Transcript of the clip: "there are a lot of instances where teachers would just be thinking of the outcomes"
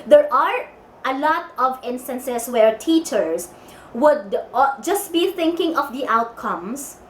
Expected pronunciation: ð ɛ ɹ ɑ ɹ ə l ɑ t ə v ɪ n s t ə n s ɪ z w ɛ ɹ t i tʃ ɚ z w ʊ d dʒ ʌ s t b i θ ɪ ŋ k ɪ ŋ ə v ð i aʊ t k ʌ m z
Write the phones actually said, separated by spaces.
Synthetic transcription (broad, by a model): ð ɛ ɹ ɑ ɹ ə l ɑ t ə v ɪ n s t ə n s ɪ s w ɛ ɹ t i tʃ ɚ s w ʊ d dʒ ʌ s t b i θ ɪ ŋ k ɪ ŋ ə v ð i aʊ t k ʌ m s